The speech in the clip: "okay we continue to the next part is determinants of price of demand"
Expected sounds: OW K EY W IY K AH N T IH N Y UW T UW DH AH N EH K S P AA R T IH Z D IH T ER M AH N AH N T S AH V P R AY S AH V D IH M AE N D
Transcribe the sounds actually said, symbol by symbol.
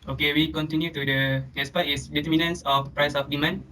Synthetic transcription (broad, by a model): OW K EY W IY K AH N T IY N Y UW T UW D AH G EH S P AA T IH S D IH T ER M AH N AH N S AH F P R AY S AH F D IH M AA N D